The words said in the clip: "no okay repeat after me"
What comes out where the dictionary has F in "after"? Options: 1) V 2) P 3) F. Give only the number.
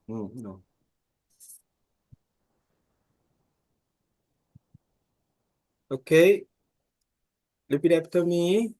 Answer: 2